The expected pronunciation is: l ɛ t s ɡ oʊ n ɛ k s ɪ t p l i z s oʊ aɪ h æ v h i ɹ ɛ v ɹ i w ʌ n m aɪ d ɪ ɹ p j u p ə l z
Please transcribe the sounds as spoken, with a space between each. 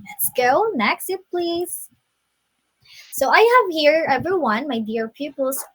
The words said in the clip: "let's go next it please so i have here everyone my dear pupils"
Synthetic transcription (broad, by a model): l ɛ t s ɡ oʊ n ɛ k s ɪ t p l i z s oʊ aɪ h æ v h i ɹ ɛ v ɹ i w ʌ n m aɪ d ɪ ɹ p j u p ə l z